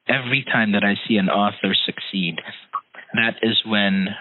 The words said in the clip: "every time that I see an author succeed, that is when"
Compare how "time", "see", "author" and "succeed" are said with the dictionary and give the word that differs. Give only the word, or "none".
none